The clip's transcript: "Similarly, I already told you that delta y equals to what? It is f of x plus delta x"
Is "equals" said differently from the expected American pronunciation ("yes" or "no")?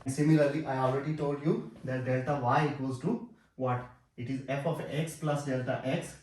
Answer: yes